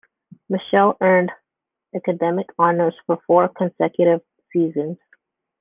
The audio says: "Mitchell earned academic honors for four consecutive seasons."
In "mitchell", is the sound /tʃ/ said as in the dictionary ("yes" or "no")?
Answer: no